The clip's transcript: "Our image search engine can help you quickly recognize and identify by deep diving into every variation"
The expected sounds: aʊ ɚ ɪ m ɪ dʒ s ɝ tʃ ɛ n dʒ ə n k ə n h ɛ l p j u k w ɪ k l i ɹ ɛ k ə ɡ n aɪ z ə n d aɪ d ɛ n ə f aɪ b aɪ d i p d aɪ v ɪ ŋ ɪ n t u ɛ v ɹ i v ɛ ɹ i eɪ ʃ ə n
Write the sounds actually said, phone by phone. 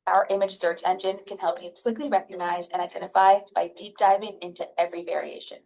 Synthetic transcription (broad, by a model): aʊ ɚ ɪ m ɪ dʒ s ɝ tʃ ɛ n dʒ ə n k ə n h ɛ l p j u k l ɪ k l i ɹ ɛ k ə ɡ n aɪ z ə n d aɪ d ɛ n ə f aɪ b aɪ d i p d aɪ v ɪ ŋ ɪ n t u ɛ v ɹ i v ɛ ɹ i eɪ ʃ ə n